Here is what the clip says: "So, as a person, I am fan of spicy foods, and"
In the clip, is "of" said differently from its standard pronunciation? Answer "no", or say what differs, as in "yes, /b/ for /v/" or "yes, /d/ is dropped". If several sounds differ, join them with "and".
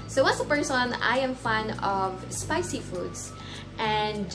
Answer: no